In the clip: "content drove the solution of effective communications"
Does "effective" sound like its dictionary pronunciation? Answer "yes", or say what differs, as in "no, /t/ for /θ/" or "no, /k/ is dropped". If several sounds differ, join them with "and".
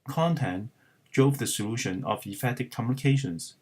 no, /k/ is dropped